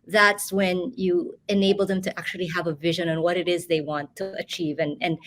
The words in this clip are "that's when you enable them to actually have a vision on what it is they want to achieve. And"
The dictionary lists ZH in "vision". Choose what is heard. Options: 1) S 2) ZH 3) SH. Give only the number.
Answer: 2